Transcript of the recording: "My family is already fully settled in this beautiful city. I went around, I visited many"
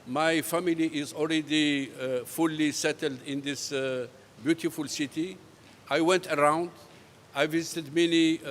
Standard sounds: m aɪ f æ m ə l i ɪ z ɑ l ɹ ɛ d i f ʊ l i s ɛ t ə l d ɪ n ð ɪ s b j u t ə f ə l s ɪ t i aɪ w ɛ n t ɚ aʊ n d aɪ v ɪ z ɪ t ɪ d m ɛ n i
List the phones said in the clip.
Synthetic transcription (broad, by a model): m aɪ f æ m ə l i ɪ z ɑ l ɹ ɛ d i f ʊ l i s ɛ t ə l d ɪ n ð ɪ s b j u t ə f ə l s ɪ t i aɪ w ɛ n t ɚ aʊ n d aɪ v ɪ z ɪ t ɪ d m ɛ n i